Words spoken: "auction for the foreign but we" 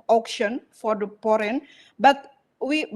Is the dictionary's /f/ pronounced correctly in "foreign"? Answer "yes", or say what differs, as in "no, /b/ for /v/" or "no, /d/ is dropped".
no, /p/ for /f/